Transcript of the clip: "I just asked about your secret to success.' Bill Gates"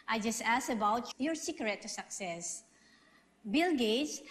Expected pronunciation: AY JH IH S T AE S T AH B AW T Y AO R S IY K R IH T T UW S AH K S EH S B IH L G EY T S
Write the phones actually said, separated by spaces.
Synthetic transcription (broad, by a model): AY JH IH S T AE S AH B AW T Y AO R S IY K R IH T T UW S AH K S EH S B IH L G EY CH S